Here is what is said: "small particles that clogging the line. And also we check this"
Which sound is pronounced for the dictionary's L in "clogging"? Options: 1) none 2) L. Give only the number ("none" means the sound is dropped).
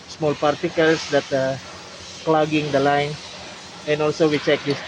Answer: 2